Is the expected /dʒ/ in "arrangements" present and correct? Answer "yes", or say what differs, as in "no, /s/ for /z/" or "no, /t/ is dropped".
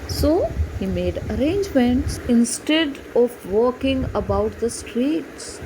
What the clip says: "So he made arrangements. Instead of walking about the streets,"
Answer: yes